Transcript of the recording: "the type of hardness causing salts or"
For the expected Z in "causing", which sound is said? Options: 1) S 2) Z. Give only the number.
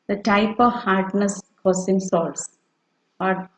1